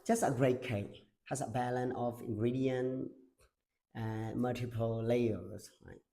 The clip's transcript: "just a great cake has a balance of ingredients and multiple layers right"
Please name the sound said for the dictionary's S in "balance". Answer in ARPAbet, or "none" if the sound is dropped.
none